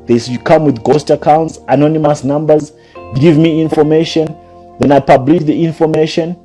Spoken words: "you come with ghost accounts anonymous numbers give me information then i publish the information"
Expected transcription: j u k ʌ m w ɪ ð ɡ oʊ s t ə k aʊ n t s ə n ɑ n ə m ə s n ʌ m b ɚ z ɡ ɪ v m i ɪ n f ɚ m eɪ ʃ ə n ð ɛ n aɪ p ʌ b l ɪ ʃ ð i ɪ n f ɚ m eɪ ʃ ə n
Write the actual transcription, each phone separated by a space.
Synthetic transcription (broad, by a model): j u k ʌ m w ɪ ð ɡ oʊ s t ə k aʊ n t s ə n ɑ n ə m ə s n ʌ m b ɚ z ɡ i v m i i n f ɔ m eɪ ʃ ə n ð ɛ n aɪ p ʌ b l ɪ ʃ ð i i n f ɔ m eɪ ʃ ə n